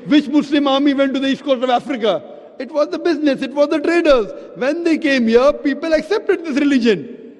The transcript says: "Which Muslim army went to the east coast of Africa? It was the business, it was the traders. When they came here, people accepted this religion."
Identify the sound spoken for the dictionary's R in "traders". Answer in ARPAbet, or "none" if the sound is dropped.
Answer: R